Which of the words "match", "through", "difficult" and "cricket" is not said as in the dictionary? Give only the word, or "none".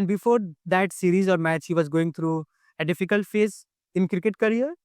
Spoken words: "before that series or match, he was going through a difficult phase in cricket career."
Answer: through